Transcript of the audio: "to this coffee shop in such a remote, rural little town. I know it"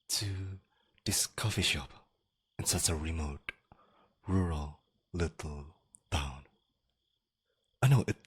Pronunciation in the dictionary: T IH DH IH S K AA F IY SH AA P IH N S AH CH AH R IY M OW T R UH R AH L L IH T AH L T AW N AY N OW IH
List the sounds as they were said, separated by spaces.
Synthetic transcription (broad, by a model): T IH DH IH S K AA F IY SH AA P IH N S AH CH AH R IY M OW T R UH R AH L L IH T L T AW N AY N OW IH